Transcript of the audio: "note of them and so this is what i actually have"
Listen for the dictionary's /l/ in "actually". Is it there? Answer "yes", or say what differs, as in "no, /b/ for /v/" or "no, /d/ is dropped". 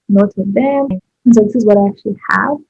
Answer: yes